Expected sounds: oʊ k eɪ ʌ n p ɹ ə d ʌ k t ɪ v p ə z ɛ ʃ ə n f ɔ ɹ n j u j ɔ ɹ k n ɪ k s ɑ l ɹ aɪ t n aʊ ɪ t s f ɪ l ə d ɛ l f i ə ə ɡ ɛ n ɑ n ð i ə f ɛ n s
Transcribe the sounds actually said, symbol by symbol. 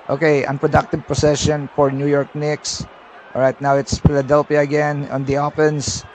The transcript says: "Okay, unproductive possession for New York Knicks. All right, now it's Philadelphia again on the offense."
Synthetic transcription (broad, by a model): oʊ k eɪ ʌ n p ɹ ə d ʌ k t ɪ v p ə s ɛ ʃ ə n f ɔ ɹ n j u j ɔ ɹ k n ɪ k s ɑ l ɹ aɪ t n aʊ ɪ t s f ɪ l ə d ɛ l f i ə ə ɡ ɛ n ɑ n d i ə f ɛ n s